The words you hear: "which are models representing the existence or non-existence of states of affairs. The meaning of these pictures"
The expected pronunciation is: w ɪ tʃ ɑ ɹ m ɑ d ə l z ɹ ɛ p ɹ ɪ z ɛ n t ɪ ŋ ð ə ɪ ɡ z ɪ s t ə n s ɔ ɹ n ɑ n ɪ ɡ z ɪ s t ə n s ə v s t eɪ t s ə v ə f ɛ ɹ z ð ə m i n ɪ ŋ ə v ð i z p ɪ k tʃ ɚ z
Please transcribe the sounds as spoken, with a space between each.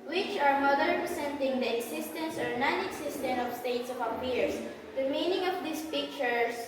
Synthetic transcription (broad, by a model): w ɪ tʃ ɑ ɹ m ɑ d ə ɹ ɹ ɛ p ɹ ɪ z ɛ n t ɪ ŋ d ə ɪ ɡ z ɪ s t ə n s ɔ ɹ n ɑ n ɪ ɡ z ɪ s t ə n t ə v s t eɪ t s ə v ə p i ɹ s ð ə m i n ɪ ŋ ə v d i s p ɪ k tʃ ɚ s